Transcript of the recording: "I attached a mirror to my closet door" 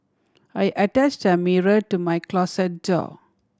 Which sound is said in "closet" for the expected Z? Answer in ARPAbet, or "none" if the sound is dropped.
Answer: S